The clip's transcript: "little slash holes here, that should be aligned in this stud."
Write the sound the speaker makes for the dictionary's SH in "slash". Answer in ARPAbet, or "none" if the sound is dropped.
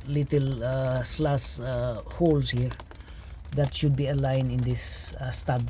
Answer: S